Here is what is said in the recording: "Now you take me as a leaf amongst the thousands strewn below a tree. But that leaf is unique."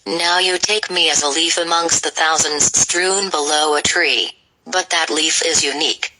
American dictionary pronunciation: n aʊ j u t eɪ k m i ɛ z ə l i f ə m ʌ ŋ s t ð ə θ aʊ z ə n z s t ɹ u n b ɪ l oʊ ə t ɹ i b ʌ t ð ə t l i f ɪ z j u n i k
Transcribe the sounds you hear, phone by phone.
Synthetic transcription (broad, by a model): n aʊ j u t eɪ k m i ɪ z ə l i f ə m ʌ ŋ s t ð ə θ aʊ z ə n z s t ɹ u n b ɪ l oʊ ə t ɹ i b ʌ t ð ə t l i f ɪ z j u n i k